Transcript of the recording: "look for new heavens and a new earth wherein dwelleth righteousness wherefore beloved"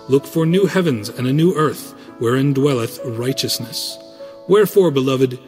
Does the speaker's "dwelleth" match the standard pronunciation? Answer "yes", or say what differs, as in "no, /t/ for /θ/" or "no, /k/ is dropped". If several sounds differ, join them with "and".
yes